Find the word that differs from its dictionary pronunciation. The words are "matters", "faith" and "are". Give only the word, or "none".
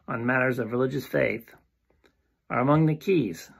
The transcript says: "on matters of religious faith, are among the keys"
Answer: none